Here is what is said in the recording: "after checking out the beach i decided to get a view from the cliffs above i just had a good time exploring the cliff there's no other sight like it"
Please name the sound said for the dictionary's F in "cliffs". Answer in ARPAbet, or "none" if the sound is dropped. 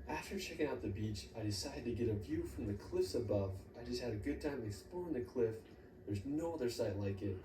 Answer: F